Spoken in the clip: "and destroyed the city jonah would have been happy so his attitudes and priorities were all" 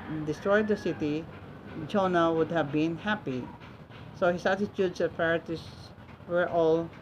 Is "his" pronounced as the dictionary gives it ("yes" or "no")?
no